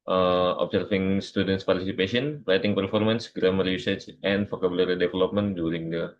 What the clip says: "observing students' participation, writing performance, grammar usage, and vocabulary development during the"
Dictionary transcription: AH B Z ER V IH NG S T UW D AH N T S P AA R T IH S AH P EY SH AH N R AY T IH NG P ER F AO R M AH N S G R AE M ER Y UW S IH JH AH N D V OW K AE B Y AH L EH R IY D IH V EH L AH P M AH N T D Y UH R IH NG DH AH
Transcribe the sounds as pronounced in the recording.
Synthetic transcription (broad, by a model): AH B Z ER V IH NG S T UW D AH N T S P AA R T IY S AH P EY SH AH N R AY T IH NG P ER F AO R M AH N S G R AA M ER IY S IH CH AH N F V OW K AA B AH L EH R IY D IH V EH L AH P M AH N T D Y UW R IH NG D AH